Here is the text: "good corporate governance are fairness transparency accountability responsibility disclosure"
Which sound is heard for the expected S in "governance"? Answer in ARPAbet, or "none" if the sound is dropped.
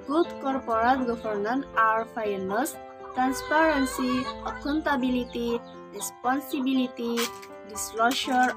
none